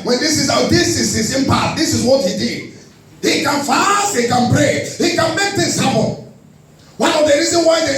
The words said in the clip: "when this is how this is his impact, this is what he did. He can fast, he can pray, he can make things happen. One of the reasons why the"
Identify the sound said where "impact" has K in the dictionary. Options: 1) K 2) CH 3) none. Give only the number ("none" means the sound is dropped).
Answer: 3